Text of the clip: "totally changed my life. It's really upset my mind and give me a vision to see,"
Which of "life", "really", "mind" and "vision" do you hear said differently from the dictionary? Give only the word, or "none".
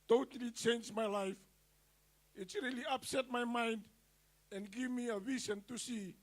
vision